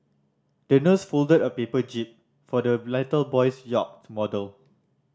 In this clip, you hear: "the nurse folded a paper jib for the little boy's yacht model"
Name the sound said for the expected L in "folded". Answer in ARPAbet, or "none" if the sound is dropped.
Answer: L